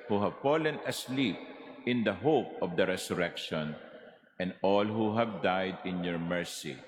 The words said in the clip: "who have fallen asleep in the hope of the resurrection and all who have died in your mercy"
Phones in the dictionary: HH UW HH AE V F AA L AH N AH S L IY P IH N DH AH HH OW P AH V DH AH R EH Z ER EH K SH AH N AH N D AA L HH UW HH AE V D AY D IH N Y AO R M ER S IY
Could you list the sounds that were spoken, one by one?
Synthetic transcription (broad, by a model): HH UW HH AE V F AA L AH N AH S L IY P IH N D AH HH OW P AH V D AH R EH S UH EH K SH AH N AH N D AA L HH UW HH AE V D AY D IH N Y AO R M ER S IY